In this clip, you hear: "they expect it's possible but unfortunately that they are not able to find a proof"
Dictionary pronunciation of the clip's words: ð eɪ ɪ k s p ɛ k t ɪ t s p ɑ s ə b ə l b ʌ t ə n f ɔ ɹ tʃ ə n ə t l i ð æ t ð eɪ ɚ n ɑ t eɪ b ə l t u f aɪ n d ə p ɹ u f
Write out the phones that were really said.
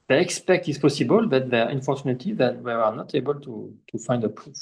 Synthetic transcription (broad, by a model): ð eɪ ɪ k s p ɛ k t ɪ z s p ɑ s ə b ə l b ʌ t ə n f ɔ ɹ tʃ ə n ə t i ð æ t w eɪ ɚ n ɑ t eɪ b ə l t u f aɪ n d ə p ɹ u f